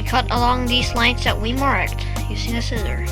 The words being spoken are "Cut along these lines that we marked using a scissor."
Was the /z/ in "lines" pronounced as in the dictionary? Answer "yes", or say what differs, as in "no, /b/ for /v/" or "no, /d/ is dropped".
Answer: no, /s/ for /z/